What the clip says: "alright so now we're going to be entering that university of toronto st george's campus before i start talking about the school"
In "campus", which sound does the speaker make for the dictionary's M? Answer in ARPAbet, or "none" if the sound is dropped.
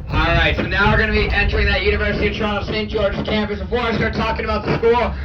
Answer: M